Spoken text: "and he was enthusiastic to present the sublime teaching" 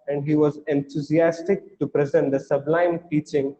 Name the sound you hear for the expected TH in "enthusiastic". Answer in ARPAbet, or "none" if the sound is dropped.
T